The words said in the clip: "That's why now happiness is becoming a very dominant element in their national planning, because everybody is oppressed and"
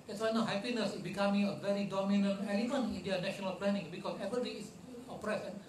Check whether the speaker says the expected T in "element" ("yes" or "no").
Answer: no